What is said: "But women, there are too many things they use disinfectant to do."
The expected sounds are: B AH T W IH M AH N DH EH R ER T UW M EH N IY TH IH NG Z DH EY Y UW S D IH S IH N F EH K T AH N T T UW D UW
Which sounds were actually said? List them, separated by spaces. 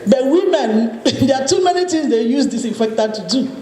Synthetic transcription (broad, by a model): B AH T W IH M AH N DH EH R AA T UW M EH N IY T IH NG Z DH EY Y UW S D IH S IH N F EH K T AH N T T UW D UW